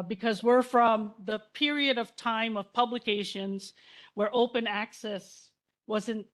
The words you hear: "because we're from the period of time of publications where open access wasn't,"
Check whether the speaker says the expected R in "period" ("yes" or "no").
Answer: yes